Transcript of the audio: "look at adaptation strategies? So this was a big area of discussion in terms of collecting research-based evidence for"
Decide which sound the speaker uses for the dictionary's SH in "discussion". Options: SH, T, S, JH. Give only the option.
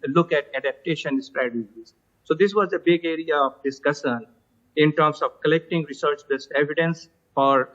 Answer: S